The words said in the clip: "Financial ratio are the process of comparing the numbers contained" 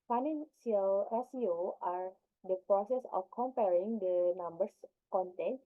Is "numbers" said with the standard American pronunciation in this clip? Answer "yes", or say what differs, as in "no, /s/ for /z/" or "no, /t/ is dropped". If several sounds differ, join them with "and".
no, /s/ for /z/